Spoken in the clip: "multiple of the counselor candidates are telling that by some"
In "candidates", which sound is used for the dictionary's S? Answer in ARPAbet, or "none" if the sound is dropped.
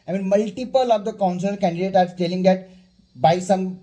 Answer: none